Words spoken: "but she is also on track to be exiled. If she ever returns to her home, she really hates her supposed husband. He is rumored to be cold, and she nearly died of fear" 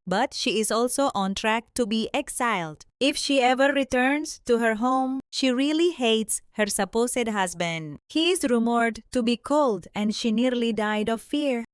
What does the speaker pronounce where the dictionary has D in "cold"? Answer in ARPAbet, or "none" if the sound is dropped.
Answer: D